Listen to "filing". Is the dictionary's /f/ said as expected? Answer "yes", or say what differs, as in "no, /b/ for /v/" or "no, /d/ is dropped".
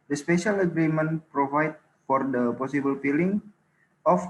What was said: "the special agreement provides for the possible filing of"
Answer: no, /p/ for /f/